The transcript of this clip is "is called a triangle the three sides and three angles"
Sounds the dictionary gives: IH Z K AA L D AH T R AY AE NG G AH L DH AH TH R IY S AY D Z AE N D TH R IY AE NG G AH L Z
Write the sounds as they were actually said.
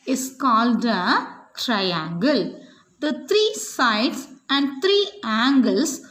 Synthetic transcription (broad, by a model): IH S K AA L D AH T R AY AE NG G AH L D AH T R IY S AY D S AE N D T R IY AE NG G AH L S